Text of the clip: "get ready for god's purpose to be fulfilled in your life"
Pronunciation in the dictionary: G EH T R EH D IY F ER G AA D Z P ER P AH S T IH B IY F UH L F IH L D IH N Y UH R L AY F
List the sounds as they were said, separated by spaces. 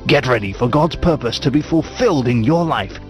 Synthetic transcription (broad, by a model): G EH T R EH D IY F ER G AA D Z P ER P AH S T IH B IY F UH L F IH L D IH N Y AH R L AY F